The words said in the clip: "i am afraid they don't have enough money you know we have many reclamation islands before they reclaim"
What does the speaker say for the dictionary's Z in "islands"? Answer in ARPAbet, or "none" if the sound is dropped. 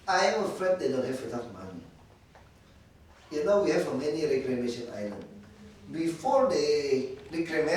none